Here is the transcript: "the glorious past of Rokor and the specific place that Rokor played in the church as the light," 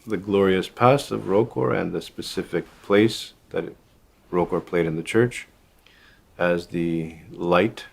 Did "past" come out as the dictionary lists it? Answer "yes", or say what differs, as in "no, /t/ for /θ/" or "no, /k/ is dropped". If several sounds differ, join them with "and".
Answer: no, /t/ is dropped